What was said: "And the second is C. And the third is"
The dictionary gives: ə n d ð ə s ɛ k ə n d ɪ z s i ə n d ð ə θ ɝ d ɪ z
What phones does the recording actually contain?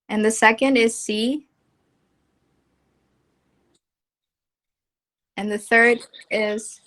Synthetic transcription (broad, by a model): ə n ð ə s ɛ k ə n d ɪ z s i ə n ð ə θ ɝ d ɪ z